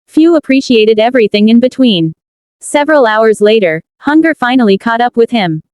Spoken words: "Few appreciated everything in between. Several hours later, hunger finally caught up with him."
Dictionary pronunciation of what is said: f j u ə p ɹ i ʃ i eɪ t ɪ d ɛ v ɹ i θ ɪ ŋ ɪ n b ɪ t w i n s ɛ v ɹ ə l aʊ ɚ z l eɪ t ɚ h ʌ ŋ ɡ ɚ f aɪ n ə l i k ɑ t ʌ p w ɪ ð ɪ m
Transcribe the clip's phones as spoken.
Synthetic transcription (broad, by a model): f j u ə p ɹ i ʃ i eɪ t ɪ d ɛ v ɹ i θ ɪ ŋ ɪ n b ɪ t w i n s ɛ v ɹ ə l aʊ ɚ z l eɪ t ɚ h ʌ ŋ ɡ ɚ f aɪ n l i k ɑ t ʌ p w ɪ ð ɪ m